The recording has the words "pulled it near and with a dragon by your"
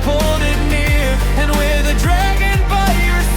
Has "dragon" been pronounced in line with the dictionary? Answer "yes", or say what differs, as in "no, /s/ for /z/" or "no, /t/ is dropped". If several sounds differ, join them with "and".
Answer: yes